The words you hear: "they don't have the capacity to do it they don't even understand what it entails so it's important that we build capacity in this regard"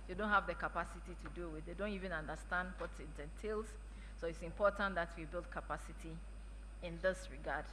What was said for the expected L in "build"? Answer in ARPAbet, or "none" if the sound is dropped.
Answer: L